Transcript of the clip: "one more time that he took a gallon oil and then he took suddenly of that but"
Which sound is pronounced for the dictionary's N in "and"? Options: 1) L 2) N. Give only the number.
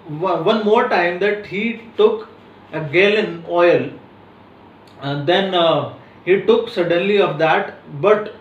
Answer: 1